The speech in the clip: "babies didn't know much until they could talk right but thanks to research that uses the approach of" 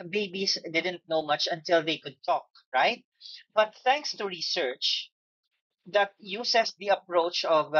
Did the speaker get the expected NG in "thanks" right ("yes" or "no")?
yes